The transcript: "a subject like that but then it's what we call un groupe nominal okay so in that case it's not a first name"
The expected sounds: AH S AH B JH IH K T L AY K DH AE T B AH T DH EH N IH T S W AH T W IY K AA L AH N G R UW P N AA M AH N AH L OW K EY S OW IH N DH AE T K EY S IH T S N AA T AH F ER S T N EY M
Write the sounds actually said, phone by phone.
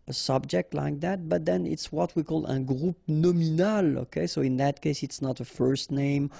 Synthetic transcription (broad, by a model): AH S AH B JH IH K T L AY K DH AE T B AH T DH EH N IH T S W AH T W IY K AA L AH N G R UW P N AA M AH N AH L OW K EY S OW IH N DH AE T K EY S IH T S N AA T AH F ER S T N EY M